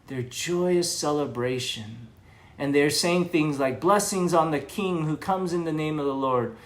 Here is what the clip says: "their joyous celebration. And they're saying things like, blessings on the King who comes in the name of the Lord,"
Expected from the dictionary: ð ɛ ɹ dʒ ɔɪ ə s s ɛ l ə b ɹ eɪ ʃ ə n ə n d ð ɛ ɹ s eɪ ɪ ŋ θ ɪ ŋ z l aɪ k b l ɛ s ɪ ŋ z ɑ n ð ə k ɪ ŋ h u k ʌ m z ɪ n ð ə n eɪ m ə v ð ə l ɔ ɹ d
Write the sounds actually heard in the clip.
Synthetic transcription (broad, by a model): ð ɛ ɹ dʒ ɔɪ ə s s ɛ l ə b ɹ eɪ ʃ ə n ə n ð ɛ ɹ s eɪ ɪ ŋ θ ɪ ŋ z l aɪ k b l ɛ s ɪ ŋ z n ð ə k ɪ ŋ h u k ʌ m z ɪ n ð ə n eɪ m ə v ð ə l ɔ ɹ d